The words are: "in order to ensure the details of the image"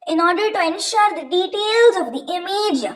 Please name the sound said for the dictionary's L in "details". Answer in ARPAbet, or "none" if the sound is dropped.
L